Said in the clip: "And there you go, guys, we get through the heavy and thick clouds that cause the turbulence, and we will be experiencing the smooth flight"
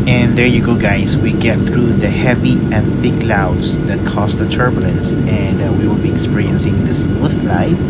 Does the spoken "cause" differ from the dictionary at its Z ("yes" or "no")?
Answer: yes